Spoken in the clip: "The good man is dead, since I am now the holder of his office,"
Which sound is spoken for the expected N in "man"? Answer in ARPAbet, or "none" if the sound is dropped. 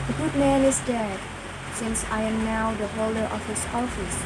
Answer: N